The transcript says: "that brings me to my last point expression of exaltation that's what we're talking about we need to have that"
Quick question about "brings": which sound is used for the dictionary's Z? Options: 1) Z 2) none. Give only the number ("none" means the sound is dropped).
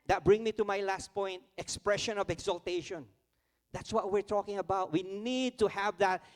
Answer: 2